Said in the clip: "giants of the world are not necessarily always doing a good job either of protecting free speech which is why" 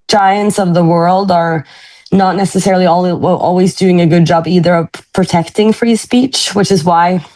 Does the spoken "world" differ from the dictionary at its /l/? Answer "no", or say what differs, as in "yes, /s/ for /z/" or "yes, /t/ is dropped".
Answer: no